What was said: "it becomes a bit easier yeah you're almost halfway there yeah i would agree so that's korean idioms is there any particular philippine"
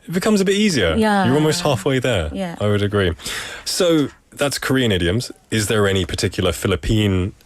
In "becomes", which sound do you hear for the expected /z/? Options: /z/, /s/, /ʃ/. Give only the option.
/z/